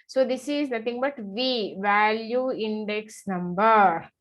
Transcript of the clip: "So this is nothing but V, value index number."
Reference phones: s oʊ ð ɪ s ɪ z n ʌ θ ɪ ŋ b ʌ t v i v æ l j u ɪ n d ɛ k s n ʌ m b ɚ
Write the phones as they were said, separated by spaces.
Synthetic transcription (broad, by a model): s oʊ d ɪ s ɪ z n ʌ t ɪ ŋ b ʌ t v i v æ l j u ɪ n d ɛ k s n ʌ m b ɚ